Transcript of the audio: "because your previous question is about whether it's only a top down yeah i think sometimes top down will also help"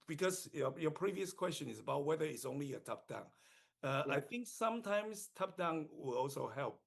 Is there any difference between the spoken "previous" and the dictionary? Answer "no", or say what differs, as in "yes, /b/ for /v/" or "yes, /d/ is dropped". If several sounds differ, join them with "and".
no